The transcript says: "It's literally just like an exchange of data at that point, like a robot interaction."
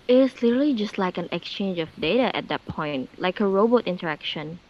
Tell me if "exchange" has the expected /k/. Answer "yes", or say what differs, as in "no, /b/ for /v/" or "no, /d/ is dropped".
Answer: yes